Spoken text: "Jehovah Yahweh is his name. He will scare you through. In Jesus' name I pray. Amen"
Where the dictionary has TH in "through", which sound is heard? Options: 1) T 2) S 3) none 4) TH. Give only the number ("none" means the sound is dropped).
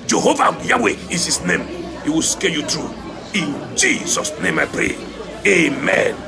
1